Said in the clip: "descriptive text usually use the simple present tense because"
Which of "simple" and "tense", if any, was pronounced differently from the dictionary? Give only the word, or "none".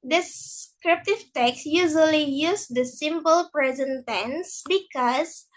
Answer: none